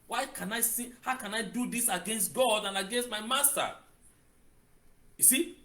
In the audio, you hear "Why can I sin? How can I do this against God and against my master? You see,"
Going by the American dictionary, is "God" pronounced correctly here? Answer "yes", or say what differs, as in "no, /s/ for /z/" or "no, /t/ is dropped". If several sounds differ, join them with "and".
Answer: yes